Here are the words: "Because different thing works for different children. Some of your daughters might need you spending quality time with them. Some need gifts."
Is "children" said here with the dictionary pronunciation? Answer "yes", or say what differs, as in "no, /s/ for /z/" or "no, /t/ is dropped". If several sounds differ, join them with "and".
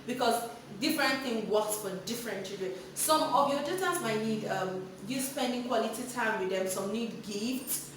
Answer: no, /l/ is dropped and /ɹ/ is dropped